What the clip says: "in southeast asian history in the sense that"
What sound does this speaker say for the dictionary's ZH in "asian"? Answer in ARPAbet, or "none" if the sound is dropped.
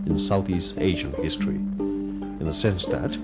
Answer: ZH